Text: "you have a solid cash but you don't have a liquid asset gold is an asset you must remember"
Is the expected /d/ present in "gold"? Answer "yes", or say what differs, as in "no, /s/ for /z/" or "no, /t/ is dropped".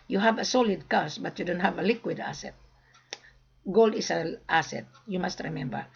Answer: yes